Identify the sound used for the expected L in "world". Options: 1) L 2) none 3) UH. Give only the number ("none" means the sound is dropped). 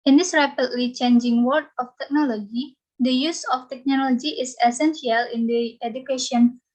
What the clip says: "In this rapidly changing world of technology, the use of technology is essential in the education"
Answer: 2